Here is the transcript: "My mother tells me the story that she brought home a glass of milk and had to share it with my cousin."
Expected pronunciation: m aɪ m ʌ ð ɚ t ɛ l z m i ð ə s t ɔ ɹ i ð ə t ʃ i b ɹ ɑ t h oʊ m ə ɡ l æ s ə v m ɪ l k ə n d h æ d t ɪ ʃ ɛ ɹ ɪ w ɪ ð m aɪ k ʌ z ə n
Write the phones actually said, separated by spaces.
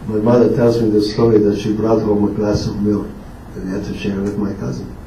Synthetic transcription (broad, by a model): m aɪ m ʌ ð ɚ t ɛ l z m i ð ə s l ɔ l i ð ə t ʃ i b ɹ ɑ t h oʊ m ə ɡ l æ s ə v m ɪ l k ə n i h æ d t ɪ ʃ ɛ ɹ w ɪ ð m aɪ k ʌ z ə n